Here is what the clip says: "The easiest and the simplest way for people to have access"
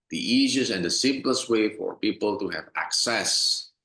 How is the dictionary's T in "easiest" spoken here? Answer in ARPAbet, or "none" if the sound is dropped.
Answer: none